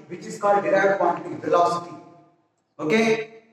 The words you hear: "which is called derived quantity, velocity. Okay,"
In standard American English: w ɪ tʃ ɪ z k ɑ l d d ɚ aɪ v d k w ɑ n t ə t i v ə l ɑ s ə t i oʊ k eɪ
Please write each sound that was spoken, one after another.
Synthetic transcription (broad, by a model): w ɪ tʃ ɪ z k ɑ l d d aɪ d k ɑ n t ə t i f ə l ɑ s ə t i oʊ k eɪ